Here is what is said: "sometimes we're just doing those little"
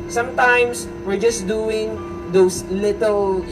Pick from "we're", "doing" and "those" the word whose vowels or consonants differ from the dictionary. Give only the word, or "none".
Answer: those